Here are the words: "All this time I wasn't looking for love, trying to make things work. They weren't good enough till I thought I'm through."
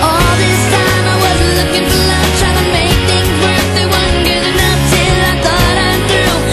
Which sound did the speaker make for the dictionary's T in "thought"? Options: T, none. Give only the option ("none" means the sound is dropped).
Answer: T